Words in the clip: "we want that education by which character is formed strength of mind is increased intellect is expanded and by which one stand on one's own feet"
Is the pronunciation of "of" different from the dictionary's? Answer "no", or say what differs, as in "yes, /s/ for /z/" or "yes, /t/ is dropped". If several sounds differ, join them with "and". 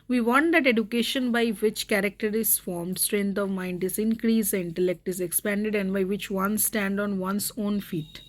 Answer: no